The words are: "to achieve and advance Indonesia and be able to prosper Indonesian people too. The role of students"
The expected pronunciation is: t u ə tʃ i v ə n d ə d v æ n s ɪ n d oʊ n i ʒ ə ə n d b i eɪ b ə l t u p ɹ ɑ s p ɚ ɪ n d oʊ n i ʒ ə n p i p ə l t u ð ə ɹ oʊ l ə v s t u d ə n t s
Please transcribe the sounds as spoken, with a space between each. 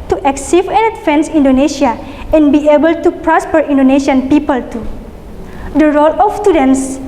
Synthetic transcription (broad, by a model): t u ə s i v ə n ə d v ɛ n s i n d oʊ n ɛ ʃ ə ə n b i eɪ b ə l t u p ɹ ɑ s p ɚ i n d oʊ n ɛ ʃ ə n p i p ə l t u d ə ɹ oʊ l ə f s t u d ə n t s